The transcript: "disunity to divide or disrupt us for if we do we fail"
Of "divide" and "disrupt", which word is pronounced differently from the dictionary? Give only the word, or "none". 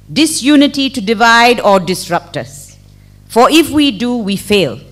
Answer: none